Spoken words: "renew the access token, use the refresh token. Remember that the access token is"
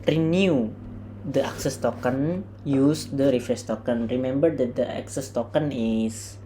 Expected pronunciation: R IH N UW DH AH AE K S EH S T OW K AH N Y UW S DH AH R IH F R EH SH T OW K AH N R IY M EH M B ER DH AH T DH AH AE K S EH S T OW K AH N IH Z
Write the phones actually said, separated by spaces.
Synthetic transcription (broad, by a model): R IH N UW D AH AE K S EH S T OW K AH N Y UW S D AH R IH F R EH S T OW K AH N R IY M EH M B ER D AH T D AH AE K S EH S T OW K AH N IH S